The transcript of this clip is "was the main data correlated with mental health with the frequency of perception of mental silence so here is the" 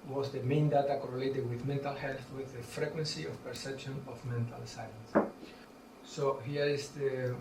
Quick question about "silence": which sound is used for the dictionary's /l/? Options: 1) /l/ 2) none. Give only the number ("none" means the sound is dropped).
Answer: 2